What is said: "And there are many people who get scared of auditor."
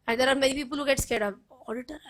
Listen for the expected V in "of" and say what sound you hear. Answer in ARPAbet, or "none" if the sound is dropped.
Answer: P